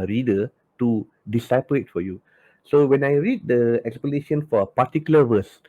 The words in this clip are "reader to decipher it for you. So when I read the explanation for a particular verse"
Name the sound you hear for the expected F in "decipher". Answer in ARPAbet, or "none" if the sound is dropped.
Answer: P